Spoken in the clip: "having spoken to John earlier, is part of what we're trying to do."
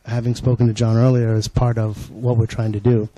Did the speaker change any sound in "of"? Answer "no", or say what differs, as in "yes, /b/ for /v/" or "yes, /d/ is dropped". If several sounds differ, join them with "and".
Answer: no